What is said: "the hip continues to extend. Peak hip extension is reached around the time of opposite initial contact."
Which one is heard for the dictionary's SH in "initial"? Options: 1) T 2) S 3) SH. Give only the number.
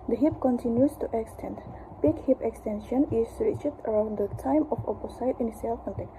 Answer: 2